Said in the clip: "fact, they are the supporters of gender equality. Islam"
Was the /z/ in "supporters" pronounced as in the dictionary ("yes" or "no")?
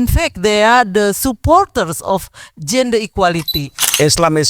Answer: no